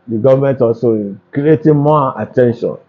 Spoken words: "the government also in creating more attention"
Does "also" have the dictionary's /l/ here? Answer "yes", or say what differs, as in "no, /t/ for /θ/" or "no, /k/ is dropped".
no, /l/ is dropped